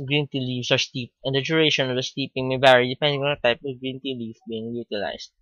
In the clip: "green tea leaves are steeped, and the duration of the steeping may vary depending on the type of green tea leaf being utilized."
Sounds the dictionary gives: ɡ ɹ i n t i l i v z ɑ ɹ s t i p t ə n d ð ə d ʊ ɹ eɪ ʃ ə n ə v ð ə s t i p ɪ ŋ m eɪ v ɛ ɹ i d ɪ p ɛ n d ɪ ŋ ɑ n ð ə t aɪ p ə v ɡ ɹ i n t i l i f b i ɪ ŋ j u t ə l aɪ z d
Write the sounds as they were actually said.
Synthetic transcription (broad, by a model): ɡ ɹ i n t i l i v s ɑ ɹ s t i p ə n d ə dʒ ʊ ɹ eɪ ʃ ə n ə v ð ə s t i p ɪ ŋ m eɪ b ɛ ɹ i d ɪ p ɛ n d ɪ ŋ ɑ n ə t aɪ p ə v ɡ ɹ i n t i l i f b i ɪ ŋ j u t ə l aɪ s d